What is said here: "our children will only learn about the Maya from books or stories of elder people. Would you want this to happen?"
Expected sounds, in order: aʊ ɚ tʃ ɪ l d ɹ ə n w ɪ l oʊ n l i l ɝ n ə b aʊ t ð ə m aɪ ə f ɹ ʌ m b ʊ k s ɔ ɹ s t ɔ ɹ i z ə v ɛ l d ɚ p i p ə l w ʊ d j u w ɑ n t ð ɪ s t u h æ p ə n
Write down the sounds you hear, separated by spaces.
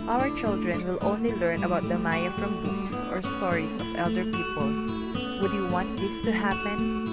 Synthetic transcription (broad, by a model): aʊ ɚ tʃ ɪ l d ɹ ə n w ɪ l oʊ n l i l ɝ n ə b aʊ t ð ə m aɪ ə f ɹ ʌ m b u s ɔ ɹ s t ɔ ɹ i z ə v ɛ l d ɚ p i p ə l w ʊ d j u w ɑ n t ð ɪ s t u h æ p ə n